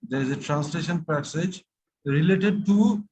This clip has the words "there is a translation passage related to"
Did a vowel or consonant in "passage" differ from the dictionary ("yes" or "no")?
no